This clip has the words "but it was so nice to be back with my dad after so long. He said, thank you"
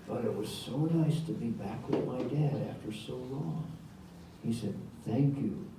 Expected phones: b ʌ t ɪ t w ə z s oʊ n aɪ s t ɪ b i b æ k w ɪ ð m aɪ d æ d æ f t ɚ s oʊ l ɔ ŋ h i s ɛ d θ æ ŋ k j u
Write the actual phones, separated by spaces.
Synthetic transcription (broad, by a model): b ʌ t ɪ t w ə z s oʊ n aɪ s t ɪ b i b æ k w ɪ ð m aɪ d æ d æ f t ɚ s oʊ l ɔ ŋ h i s ɛ d θ æ ŋ k j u